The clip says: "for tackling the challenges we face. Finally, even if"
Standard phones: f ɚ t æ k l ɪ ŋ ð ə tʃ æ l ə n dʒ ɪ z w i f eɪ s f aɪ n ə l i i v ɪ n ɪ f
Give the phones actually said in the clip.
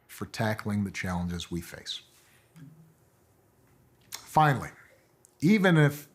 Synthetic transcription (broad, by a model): f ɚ t æ k l ɪ ŋ ð ə tʃ æ l ə n dʒ ɪ z w i f eɪ s f aɪ n l i i v ɪ n ɪ f